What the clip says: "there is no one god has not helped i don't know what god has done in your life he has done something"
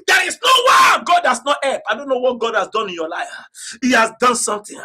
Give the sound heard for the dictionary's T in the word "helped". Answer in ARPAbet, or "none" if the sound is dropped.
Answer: none